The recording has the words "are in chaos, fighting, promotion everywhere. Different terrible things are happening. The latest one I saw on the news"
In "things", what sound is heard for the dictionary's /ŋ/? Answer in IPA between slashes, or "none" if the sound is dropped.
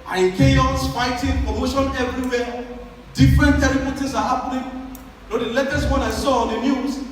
none